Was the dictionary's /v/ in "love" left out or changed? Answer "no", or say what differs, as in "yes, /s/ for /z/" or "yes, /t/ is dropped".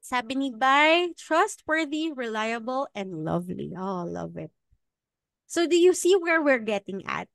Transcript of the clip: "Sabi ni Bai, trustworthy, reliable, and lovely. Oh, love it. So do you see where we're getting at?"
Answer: no